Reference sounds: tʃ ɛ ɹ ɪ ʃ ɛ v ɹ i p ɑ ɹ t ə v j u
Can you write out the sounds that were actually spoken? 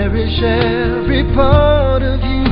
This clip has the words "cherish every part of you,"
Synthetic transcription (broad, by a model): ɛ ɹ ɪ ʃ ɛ ɹ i p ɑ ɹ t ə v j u